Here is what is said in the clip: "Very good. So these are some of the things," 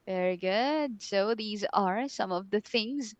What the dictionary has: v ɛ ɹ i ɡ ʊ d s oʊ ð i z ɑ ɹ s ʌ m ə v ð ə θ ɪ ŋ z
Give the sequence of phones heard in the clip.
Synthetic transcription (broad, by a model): v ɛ ɹ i ɡ ʊ d s oʊ ð i z ɑ ɹ s ʌ m ə v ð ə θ ɪ ŋ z